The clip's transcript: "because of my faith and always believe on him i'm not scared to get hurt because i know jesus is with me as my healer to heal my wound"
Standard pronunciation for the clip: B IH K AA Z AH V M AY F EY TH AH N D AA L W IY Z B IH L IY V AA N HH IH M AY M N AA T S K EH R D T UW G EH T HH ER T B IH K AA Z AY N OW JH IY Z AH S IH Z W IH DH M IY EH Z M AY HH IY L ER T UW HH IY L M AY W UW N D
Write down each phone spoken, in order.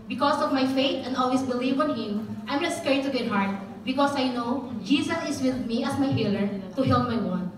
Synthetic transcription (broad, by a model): B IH K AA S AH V M AY F EY T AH N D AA L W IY S B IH L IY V AA N HH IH M AY M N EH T S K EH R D T UW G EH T HH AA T B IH K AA S AY N OW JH IY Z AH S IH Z W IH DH M IY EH S M AY HH IY L ER T UW HH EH L M AY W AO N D